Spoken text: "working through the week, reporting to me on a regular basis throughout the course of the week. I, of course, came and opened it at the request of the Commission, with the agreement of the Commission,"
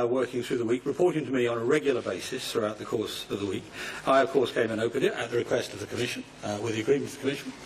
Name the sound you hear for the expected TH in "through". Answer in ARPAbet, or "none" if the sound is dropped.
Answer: TH